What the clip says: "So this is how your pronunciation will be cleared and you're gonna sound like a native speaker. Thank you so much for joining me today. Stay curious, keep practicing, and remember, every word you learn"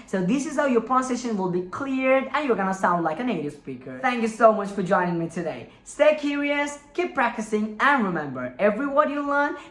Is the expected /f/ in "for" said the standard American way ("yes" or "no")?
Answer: yes